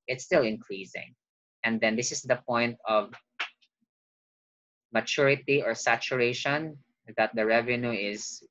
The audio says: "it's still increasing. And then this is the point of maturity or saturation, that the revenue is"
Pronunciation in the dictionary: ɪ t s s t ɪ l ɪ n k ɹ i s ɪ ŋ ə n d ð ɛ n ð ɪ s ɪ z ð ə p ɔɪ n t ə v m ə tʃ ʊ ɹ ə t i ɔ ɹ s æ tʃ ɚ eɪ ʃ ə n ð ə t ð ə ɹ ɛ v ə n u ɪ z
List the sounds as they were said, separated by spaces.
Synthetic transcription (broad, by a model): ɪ t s s t ɪ l ɪ n k ɹ i s ɪ ŋ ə n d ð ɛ n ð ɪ s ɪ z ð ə p ɔɪ n t ə v m ə tʃ ʊ ɹ ə t i ɔ ɹ s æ tʃ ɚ eɪ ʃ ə n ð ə t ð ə ɹ ɛ v ə n u ɪ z